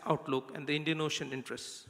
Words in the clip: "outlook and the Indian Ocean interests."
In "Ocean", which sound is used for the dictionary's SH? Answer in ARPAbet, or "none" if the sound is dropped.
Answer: SH